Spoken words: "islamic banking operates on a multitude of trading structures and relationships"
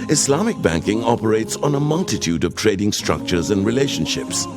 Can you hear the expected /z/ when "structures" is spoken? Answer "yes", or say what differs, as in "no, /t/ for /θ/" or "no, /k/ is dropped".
yes